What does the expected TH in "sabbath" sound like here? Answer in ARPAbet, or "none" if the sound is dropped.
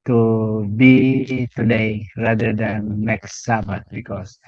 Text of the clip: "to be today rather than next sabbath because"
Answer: T